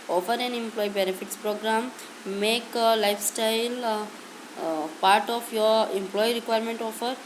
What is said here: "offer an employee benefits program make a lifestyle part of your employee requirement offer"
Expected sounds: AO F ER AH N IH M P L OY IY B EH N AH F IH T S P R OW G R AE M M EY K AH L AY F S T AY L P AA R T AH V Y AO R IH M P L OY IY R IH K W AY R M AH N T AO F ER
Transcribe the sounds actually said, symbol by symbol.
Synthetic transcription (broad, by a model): AO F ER AH N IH M P L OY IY B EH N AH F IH T S P R OW G R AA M M EY K L AY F S T AY L P AA R T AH P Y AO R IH M P L OY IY R IH K W AY R M AH N T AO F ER